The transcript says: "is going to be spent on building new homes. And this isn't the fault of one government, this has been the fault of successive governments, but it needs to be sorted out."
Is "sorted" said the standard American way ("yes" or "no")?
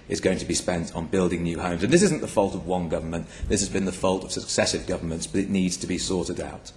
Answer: yes